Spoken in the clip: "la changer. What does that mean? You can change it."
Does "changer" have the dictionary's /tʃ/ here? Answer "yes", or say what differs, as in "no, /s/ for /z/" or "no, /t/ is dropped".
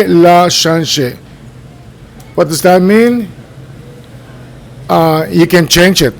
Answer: no, /ʃ/ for /tʃ/